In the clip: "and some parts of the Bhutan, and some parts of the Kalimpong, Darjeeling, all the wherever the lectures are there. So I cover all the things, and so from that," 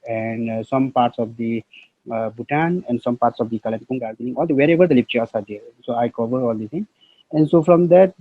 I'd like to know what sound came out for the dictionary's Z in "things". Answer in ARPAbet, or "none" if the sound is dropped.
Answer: none